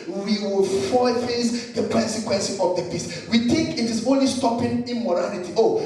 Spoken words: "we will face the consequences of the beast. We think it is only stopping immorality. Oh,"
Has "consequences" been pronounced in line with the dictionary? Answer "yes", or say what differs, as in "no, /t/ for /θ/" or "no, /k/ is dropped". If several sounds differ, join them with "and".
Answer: no, /z/ is dropped